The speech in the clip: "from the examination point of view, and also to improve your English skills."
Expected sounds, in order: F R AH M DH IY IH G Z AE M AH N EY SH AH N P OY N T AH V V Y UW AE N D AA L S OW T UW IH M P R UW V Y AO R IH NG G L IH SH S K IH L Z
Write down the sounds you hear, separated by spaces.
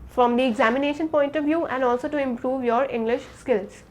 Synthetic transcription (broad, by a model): F R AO M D IY IH G Z AE M AH N EY SH AH N P OY N T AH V V Y UW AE N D AA L S OW T UW IH M P R UW V Y AO R IH NG G L IH SH S K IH L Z